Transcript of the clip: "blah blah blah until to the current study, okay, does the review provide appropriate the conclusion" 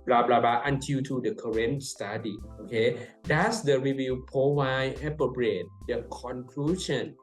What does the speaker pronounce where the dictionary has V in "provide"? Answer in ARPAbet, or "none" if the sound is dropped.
W